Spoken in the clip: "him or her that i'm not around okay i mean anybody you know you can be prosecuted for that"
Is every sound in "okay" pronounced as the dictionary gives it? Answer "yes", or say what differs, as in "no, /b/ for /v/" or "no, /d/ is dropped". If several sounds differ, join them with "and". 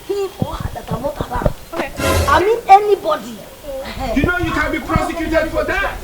no, /k/ is dropped